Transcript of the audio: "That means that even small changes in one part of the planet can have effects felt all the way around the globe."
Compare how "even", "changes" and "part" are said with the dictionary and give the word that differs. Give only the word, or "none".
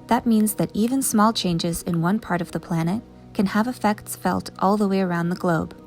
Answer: none